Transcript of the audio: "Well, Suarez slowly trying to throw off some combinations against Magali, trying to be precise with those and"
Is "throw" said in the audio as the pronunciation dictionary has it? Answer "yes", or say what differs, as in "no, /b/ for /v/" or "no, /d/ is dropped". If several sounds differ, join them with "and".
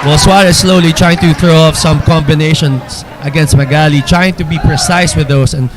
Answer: yes